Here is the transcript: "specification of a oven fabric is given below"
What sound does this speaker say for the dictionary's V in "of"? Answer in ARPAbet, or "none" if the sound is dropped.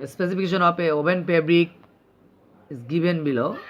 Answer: P